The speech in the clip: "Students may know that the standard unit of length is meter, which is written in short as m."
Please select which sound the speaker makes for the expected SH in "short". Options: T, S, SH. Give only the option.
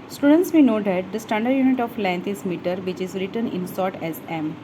S